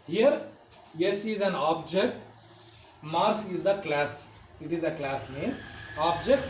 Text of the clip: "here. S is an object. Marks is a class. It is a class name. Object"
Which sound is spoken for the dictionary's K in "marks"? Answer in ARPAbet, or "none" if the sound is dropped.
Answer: none